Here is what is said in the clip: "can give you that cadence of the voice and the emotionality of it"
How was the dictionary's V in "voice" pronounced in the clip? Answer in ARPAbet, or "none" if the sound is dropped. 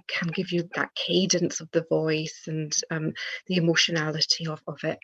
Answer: V